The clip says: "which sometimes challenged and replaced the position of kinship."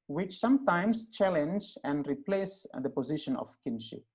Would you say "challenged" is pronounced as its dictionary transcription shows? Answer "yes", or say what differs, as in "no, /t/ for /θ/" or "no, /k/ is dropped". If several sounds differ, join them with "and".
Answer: no, /d/ is dropped